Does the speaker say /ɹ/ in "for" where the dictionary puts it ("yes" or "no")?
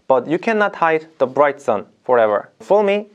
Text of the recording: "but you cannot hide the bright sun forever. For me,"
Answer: no